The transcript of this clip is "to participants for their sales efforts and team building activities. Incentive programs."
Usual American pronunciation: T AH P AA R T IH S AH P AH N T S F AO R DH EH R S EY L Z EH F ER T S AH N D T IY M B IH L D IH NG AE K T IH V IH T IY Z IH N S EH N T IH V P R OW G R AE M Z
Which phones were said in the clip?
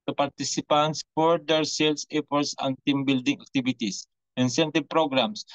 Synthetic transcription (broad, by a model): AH P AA R T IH S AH P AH N T S F AO R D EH R S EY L S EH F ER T S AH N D T IY M B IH L D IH NG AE K T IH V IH T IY S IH N S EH N T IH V P R OW G R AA M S